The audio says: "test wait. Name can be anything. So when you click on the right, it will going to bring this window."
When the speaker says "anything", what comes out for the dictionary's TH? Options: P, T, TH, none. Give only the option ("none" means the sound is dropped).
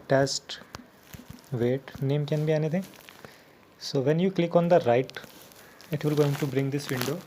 T